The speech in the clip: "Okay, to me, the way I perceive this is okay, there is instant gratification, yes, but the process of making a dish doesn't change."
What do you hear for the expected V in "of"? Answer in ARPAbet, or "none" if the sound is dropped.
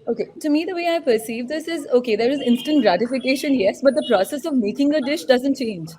V